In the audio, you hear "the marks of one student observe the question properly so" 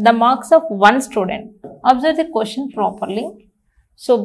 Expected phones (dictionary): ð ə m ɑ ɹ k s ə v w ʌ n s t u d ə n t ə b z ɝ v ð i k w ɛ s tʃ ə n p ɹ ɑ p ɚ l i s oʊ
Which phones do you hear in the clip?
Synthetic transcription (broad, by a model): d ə m ɑ ɹ k s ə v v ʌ n s t u d ə n t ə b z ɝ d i k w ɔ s ʃ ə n p ɹ ɑ p ɚ l i s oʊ